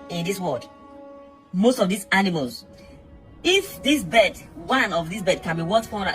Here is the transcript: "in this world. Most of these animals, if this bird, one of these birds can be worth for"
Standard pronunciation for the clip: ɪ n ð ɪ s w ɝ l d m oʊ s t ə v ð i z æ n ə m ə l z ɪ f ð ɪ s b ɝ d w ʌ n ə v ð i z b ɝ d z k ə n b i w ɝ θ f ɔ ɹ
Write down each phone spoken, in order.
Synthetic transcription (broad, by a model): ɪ n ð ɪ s w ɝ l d m oʊ s t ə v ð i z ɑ n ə m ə l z ɪ f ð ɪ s b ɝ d w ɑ n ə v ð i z b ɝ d k ə n b i w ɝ t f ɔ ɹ